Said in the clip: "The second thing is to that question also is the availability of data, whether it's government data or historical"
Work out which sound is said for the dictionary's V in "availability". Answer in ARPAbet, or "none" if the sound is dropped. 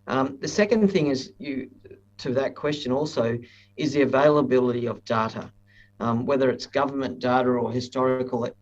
V